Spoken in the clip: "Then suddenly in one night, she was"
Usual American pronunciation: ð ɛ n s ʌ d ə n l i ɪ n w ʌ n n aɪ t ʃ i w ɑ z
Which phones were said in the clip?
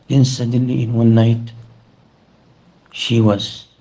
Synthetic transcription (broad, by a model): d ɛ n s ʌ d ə l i ɪ n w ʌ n n aɪ t ʃ i w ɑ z